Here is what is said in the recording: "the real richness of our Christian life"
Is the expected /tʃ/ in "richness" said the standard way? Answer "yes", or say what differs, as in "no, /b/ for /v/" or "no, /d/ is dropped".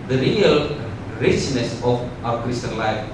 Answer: yes